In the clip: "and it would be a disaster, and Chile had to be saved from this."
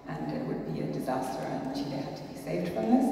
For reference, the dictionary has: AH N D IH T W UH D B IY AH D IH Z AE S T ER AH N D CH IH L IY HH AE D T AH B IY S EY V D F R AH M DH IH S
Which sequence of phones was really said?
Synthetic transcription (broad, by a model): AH N IH T W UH D B IY AH D IH Z AE S T ER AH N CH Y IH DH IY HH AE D T AH B IY S EY V D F R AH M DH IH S